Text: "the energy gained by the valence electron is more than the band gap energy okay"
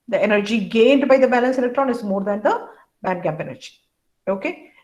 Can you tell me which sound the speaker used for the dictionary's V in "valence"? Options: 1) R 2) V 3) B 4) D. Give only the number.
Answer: 3